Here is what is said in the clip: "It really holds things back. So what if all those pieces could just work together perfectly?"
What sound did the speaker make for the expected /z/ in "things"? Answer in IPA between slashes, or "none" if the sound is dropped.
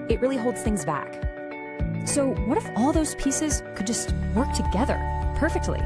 /z/